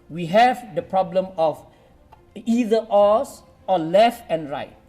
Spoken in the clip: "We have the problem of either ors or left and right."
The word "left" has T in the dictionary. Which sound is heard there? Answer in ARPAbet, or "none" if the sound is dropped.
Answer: T